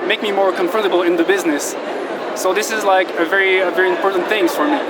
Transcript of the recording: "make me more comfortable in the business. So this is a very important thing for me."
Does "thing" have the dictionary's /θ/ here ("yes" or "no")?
yes